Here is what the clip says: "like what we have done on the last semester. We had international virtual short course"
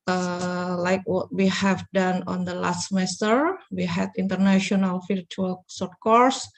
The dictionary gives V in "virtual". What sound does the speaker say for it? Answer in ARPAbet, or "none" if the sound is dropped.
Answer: F